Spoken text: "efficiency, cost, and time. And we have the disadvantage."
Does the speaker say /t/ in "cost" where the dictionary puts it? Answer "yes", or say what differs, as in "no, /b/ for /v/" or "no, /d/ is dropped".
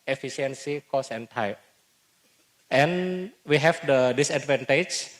no, /t/ is dropped